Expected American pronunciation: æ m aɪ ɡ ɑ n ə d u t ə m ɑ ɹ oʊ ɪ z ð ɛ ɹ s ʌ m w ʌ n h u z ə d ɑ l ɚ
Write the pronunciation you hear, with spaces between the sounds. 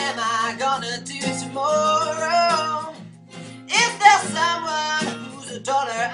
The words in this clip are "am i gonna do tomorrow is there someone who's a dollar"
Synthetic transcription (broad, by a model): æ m aɪ ɡ ɑ n ə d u t ə m ɑ ɹ oʊ ɪ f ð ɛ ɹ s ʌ w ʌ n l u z ə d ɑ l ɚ